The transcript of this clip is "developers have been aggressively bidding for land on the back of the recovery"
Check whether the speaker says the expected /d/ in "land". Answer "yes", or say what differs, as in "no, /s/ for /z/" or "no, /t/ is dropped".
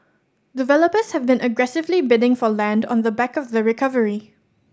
yes